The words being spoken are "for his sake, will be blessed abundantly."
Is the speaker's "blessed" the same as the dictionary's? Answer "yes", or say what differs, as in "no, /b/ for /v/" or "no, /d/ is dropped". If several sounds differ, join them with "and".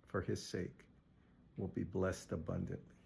yes